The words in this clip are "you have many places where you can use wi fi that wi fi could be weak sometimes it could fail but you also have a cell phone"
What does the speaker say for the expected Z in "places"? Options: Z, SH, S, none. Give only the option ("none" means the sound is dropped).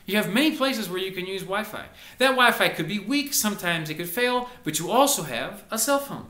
Z